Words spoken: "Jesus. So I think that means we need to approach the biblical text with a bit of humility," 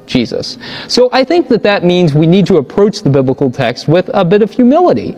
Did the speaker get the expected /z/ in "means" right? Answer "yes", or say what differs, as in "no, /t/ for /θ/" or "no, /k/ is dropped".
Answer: yes